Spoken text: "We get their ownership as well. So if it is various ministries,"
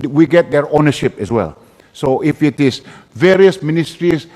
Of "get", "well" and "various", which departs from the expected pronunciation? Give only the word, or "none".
none